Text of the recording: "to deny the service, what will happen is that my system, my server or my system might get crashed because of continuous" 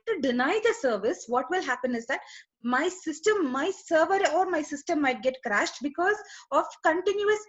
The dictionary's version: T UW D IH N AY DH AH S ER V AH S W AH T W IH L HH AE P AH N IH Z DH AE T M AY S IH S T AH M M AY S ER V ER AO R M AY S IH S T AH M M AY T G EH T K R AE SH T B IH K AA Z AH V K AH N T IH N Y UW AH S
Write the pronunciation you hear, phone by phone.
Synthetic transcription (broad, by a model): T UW D IH N AY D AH S ER V AH S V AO T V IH L HH AE P AH N IH Z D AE T M AY S IH S T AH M M AY S ER V ER AO R M AY S IH S T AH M M AY T G EH T K R AE SH T B IH K AA Z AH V K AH N T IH N Y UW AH S